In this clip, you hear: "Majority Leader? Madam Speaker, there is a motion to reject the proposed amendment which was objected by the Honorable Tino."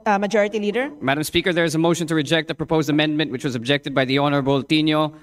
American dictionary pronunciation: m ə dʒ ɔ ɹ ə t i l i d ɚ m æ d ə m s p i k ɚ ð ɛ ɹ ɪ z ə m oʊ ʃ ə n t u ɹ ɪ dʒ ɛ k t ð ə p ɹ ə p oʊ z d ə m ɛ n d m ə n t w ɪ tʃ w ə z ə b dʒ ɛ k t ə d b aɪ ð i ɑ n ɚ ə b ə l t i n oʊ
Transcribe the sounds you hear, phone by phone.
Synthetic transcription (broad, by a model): m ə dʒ ɔ ɹ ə t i l i d ɚ m æ d ə m s p i k ɚ ð ɛ ɹ ɪ z ə m oʊ ʃ ə n t u ɹ ɪ dʒ ɛ k t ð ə p ɹ ə p oʊ z d ə m ɛ n d m ə n t w ɪ tʃ w ə z ə b dʒ ɛ k t ə d b aɪ ð i ɑ n ɚ ə b ə l t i n oʊ